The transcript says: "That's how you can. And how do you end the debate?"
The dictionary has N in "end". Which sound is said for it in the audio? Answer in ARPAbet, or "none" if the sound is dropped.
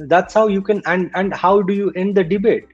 N